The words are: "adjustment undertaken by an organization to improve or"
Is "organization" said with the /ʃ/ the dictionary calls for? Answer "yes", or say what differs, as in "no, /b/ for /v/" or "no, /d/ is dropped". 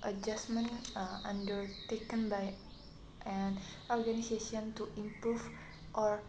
no, /s/ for /ʃ/